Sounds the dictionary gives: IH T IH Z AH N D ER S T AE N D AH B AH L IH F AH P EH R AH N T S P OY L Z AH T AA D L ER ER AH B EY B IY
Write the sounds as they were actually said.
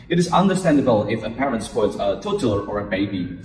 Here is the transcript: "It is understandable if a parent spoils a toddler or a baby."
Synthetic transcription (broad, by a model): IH T IH Z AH N D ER S T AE N D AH B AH L IH F AH P EH R AH N T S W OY Z AH T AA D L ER ER AH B EY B IY